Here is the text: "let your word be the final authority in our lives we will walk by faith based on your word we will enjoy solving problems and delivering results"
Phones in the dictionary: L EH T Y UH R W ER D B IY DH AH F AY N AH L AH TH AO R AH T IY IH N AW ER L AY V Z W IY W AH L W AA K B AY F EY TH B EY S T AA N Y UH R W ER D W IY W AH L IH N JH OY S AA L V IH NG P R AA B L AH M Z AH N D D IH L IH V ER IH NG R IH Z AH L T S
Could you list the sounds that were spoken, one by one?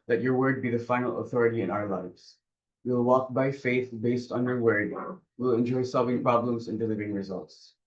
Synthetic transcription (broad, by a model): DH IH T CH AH R W ER D B IY DH AH F AY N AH L AH TH AO R AH T IY IH N AW ER L AY V Z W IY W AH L W AA K B AY F EY TH B EY S T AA N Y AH R W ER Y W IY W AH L IH N JH OY S AA L V IH NG P R AA B L AH M Z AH N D D IH L IH V ER IH NG R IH Z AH L T S